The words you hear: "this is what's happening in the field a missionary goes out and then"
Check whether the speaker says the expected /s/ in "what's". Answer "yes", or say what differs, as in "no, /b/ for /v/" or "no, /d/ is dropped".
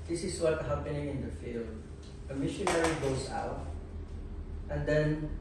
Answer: no, /s/ is dropped